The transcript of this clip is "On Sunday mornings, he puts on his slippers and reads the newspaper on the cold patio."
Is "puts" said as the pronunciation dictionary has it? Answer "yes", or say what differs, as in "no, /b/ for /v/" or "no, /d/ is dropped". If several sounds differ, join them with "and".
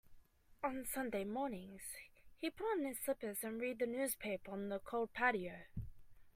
no, /s/ is dropped